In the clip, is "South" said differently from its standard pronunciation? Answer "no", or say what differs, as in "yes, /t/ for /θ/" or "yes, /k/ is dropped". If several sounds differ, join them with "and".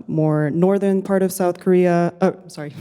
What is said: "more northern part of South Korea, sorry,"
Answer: no